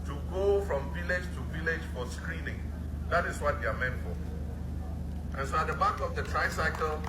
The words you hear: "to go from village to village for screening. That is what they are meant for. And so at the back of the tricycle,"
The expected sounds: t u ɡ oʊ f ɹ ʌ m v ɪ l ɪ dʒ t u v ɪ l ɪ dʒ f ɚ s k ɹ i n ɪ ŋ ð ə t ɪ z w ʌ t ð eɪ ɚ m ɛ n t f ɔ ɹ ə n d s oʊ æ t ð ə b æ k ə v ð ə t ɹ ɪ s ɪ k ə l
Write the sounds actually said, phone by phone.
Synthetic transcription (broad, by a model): t u ɡ oʊ f ɹ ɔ m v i l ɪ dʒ t u v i l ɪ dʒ f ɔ s k ɹ i n ɪ ŋ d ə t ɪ s w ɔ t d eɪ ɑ m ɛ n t f ɔ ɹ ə n s oʊ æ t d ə b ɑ k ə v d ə t ɹ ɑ s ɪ k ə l